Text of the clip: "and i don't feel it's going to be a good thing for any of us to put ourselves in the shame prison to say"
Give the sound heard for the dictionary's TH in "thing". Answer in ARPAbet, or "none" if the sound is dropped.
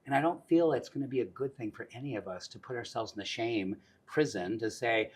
TH